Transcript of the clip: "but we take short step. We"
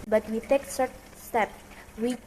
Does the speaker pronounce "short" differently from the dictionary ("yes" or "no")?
yes